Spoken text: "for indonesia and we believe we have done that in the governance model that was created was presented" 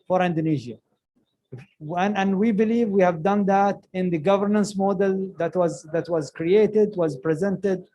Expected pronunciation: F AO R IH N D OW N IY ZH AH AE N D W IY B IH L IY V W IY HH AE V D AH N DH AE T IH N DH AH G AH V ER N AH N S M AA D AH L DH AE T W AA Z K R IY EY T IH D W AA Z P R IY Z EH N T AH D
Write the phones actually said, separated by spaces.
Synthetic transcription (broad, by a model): F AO R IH N D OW N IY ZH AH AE N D W IY B IH L IY V W IY HH AE V D AH N DH AE T IH N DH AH G AH V ER N AH N S M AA D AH L DH AE T W AA Z K R IY EY T IH D W AA Z P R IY Z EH N T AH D